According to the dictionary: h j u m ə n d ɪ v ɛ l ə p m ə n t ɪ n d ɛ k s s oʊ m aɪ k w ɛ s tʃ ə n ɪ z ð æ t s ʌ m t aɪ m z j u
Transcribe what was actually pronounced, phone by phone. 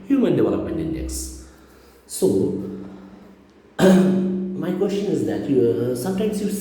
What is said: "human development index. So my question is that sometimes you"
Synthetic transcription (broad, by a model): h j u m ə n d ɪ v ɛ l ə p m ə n ɪ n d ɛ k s s oʊ m aɪ k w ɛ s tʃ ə n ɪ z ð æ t s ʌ m t aɪ m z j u